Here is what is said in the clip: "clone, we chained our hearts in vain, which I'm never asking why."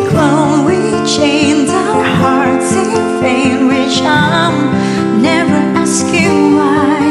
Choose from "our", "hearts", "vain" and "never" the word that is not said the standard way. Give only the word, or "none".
vain